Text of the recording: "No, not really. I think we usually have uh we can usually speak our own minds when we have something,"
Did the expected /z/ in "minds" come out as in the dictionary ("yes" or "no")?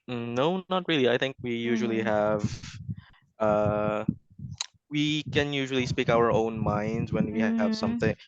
yes